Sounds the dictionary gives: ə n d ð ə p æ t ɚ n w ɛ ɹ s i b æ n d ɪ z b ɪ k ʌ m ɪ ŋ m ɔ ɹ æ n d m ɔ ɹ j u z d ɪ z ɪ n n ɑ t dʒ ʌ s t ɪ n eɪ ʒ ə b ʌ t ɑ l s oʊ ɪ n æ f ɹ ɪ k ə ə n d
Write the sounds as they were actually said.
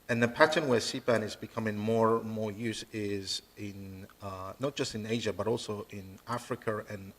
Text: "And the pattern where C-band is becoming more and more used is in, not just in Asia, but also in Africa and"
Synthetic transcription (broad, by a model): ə n ð ə p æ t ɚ n w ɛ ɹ s i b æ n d ɪ z b ɪ k ʌ m ɪ ŋ m ɔ ɹ m ɔ ɹ j u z ɪ z ɪ n n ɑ t dʒ ʌ s t ɪ n eɪ ʒ ə b ʌ t ɑ l s oʊ ɪ n æ f ɹ ɪ k ə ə n